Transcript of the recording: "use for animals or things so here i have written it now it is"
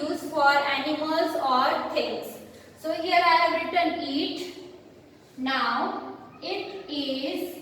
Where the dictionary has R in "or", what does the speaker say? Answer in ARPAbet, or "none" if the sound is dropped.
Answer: R